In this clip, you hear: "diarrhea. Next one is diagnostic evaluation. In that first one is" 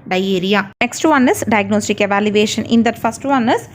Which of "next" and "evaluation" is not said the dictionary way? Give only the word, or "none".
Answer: none